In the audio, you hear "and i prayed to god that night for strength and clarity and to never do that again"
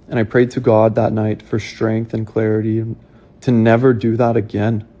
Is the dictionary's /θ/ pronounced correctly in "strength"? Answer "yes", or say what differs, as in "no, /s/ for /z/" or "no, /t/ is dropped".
yes